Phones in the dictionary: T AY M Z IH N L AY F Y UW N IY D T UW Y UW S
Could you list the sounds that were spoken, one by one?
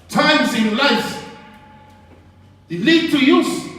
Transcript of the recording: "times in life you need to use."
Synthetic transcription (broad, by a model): T AY M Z IH N L AY F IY L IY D T UW Y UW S